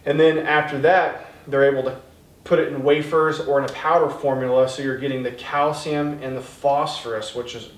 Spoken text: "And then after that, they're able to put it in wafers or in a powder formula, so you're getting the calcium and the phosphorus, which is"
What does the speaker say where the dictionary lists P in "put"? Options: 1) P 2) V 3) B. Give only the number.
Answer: 1